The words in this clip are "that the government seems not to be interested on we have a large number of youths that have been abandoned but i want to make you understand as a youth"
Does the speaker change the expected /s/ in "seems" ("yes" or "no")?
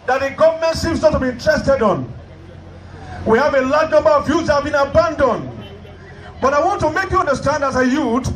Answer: yes